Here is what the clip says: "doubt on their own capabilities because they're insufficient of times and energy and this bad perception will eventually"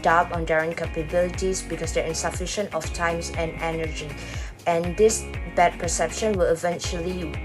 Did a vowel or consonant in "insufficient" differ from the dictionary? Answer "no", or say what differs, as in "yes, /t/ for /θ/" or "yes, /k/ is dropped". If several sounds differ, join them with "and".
no